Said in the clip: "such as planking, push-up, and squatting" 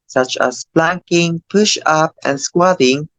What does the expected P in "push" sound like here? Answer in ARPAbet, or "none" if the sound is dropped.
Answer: P